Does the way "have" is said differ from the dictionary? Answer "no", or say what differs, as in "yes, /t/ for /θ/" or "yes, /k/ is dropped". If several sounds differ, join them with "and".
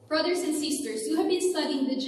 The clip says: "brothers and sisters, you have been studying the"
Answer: no